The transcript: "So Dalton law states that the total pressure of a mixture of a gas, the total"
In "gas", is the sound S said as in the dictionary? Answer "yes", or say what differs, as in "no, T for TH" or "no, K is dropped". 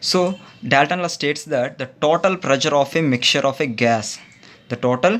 yes